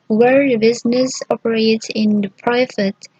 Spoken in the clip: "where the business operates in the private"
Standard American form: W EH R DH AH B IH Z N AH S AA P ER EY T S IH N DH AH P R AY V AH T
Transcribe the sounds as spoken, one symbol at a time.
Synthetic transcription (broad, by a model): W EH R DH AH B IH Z N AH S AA P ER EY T IH N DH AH P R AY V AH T